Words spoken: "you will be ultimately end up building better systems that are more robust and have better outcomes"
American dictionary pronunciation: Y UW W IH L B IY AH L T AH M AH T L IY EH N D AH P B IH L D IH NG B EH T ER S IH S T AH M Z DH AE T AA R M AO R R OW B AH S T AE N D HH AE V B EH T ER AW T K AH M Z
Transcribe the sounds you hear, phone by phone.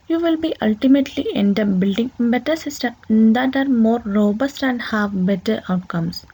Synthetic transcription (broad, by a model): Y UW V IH L B IY AH L T AH M AH T L IY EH N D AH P B IH L D IH NG B EH T ER S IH S T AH M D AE T AA R M AO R R OW B AH S T AE N D HH AE V B EH T ER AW T K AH M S